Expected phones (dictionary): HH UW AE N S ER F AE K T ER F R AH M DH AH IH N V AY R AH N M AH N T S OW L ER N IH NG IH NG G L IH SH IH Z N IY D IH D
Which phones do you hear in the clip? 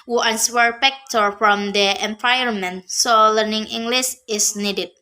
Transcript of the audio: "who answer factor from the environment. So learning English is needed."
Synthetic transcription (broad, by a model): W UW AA N S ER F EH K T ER F R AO M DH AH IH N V AY AH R M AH N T S OW L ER N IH NG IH NG G L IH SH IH S N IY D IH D